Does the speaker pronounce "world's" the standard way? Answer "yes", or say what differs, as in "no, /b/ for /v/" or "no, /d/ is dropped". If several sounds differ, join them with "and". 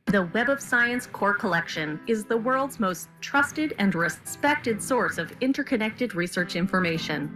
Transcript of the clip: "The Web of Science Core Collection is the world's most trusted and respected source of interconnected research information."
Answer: yes